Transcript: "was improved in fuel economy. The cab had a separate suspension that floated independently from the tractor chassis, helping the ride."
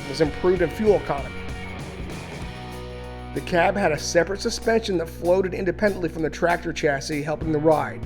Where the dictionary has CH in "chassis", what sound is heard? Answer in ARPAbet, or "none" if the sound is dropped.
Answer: CH